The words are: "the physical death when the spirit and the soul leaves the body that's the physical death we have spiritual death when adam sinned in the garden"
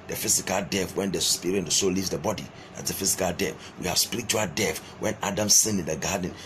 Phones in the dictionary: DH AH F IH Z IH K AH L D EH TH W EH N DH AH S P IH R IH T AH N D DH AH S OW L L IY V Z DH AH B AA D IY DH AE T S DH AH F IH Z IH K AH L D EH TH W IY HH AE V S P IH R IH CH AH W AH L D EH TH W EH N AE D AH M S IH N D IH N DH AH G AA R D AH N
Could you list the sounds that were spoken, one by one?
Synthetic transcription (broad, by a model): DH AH F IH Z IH K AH L D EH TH W EH N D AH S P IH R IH AH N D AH S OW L L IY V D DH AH B AA D IY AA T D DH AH F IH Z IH K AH L D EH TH W IY HH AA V S P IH R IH CH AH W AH L D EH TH W EH N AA D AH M S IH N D IH N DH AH G AA D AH N